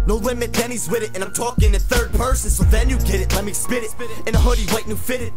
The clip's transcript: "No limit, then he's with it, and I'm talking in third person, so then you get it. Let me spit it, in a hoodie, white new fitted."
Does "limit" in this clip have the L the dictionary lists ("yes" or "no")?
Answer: no